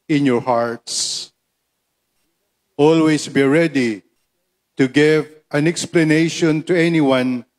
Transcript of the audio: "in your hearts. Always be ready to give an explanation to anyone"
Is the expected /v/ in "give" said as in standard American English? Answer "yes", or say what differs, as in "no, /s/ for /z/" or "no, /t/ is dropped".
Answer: yes